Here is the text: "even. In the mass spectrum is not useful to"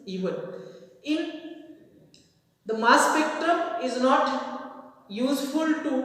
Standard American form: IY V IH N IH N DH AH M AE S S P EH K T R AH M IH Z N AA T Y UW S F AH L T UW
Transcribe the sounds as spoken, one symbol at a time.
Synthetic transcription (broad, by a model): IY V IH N IH N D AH M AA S S P EH K T R AH M IH Z N AA T Y UW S F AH L T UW